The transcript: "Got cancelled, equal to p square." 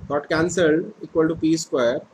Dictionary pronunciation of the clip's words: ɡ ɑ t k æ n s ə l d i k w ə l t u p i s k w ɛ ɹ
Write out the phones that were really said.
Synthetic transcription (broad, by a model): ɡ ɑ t k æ n s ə l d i k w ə l t u p i s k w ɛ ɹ